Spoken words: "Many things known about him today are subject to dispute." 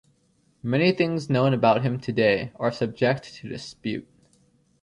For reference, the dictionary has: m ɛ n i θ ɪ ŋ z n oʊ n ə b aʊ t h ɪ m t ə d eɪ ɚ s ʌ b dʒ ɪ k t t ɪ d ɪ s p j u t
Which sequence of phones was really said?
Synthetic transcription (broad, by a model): m ɛ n i θ ɪ ŋ z n oʊ n ə b aʊ t h ɪ m t ə d eɪ ɚ s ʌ b dʒ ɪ k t t ɪ d ɪ s p j u t